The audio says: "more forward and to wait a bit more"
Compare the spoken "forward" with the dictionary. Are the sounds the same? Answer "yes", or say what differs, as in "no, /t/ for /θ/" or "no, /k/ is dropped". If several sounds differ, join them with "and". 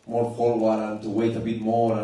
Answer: no, /l/ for /ɹ/